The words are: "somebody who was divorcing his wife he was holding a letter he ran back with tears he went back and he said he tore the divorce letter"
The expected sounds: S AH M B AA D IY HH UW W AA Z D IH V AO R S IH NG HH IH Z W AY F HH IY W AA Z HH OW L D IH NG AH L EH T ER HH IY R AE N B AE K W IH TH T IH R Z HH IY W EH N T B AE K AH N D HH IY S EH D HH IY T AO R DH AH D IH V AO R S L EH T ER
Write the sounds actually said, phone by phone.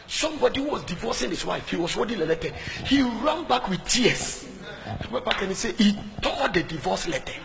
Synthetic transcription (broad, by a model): S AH M B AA D IY HH UW W AA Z D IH V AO S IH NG HH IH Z W AY F HH IY W AA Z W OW D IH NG AH L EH T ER HH IY R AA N B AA K W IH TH T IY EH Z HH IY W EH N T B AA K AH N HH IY S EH HH IY T AO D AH D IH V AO S L EH T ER